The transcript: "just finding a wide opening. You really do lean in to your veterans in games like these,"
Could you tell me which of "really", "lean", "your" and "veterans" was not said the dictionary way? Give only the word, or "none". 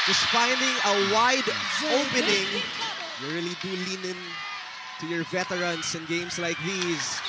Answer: veterans